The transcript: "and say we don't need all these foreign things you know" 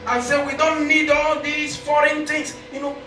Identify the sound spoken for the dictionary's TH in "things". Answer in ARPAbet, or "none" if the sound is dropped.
T